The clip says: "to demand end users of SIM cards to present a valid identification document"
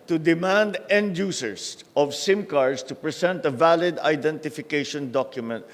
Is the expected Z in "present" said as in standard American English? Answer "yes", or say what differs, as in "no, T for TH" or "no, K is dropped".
no, S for Z